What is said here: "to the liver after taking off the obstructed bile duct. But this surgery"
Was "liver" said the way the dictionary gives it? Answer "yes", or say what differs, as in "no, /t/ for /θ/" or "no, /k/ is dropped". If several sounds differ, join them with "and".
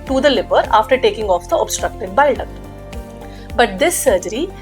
no, /p/ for /v/